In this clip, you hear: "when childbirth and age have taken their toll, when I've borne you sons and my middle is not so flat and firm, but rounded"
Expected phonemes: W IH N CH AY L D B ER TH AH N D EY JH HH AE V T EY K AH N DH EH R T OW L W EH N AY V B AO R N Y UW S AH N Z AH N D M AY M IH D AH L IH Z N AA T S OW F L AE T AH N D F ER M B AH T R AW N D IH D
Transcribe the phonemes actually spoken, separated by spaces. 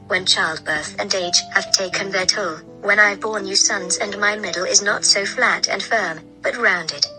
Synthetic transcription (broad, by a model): W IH N CH AY L D B ER TH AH N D EY JH HH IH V T EY K AH N DH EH R T OW L W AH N AY V B AO R N Y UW S AH N Z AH N M AY M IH D L IH Z N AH T S OW F L AE T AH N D F ER M B AH T R AW N D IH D